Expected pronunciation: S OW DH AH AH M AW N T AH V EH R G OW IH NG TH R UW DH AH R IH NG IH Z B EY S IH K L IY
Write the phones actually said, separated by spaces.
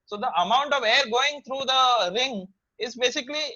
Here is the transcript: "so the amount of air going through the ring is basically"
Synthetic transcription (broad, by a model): S OW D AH AH M AW N T AH V EH R G OW IH NG T R UW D AH R IH NG IH Z B EY S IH K L IY